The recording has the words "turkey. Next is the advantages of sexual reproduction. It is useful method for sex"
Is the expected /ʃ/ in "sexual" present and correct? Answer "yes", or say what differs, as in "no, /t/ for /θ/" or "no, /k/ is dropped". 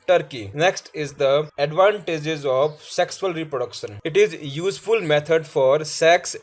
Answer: no, /s/ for /ʃ/